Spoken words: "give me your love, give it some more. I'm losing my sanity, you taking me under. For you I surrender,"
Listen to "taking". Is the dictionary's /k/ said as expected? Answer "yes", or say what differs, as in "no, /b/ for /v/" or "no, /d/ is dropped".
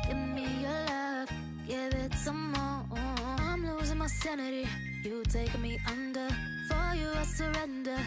no, /k/ is dropped